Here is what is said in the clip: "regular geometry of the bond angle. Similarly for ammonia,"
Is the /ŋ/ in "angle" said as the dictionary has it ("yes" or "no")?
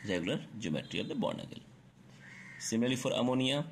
no